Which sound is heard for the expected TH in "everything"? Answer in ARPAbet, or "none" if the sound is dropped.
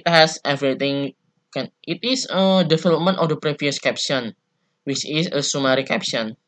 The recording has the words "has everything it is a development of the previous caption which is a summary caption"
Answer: T